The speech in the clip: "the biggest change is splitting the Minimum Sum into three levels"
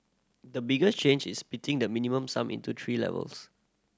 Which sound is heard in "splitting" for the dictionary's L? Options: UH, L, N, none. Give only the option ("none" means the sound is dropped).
none